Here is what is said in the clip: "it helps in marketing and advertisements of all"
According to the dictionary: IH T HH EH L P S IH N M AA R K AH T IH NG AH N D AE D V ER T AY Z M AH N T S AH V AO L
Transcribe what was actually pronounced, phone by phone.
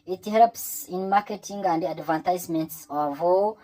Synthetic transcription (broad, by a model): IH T HH EH L P S IH N M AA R K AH T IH NG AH N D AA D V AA T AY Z M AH N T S AH V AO